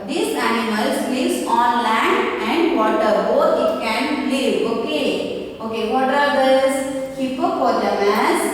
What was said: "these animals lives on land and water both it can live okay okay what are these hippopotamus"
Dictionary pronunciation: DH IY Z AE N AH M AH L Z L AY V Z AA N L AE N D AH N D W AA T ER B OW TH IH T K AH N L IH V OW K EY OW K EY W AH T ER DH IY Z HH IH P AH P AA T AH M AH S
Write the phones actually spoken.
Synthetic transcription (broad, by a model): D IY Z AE N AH M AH L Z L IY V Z AA N L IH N AH N D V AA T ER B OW T IH T K AH N L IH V OW K EY OW K EY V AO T ER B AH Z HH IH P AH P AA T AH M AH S